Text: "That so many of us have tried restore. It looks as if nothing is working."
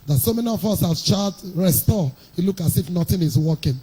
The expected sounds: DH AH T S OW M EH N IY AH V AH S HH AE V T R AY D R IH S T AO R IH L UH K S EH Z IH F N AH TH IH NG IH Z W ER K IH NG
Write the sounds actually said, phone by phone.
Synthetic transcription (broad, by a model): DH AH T S OW M EH N IY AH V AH S HH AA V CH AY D R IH S T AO IH L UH K AA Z IH F N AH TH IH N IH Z W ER K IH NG